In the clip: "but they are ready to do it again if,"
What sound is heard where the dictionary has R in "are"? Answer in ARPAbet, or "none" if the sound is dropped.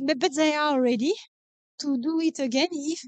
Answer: L